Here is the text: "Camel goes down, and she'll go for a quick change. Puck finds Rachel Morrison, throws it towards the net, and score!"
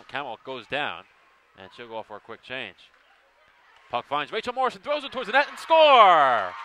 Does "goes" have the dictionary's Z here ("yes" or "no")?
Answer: yes